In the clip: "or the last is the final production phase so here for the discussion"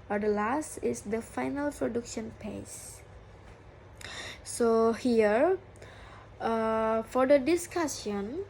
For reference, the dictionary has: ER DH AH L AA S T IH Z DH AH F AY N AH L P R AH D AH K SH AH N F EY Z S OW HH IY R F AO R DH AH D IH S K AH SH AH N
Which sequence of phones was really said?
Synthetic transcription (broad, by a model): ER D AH L AA S T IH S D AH F AY N AH L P R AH D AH K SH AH N P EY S S OW HH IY R F AO R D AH D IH S K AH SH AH N